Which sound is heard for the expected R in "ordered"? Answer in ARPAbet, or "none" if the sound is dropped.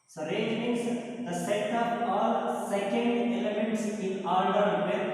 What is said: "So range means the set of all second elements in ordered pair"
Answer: L